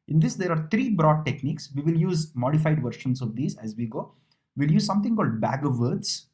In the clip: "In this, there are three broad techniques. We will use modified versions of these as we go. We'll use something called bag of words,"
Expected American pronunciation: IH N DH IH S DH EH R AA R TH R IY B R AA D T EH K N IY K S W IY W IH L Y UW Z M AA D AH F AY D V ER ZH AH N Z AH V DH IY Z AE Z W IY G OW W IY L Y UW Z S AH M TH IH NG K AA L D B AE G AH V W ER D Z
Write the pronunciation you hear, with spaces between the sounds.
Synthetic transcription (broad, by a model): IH N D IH S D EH R AA R T R IY B R AA D T EH K N IY K S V IY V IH L Y UW Z M AA D AH F AY D V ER SH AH N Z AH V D IY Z AE Z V IY G OW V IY L Y UW Z S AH M T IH NG K AA L D B AE G AH V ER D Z